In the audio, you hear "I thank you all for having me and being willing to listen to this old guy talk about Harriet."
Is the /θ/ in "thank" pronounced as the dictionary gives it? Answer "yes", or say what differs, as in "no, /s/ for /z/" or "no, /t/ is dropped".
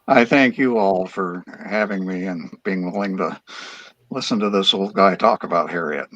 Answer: yes